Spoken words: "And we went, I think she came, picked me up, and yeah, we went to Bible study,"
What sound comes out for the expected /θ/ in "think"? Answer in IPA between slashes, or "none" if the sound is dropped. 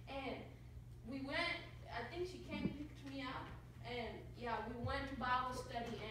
/θ/